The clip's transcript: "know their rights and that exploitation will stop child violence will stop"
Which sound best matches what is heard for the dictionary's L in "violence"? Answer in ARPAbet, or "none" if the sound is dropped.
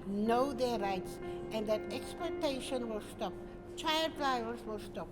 none